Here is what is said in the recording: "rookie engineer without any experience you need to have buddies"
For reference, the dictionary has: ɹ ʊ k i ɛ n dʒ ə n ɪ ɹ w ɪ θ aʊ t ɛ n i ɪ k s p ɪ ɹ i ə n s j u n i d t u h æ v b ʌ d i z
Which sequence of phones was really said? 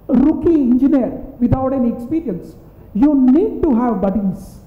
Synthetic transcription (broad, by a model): ɹ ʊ k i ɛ n dʒ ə n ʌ ɹ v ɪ t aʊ t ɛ n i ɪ k s p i ɹ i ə n s j u n i d t u h æ v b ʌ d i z